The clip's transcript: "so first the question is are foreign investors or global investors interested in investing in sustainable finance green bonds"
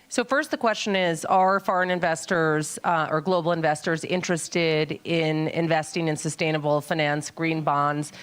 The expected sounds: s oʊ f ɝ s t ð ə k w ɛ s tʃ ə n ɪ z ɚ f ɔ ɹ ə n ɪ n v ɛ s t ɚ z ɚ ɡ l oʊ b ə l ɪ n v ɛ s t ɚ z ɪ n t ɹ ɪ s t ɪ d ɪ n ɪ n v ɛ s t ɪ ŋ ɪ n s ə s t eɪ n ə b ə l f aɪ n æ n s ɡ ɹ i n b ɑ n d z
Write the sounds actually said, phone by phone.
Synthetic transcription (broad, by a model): s oʊ f ɝ s t ð ə k w ɛ s tʃ ə n ɪ z ɚ f ɔ ɹ ə n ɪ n v ɛ s t ɚ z ɚ ɡ l oʊ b l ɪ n v ɛ s t ɚ z ɪ n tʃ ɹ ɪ s t ɪ d ɪ n ɪ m v ɛ s t ɪ ŋ ɪ n s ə s t eɪ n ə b l f aɪ n æ n s ɡ ɹ i n b ɑ n d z